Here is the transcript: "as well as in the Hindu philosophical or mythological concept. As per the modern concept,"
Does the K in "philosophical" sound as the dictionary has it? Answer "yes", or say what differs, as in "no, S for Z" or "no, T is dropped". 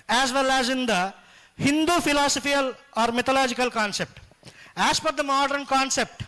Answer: no, K is dropped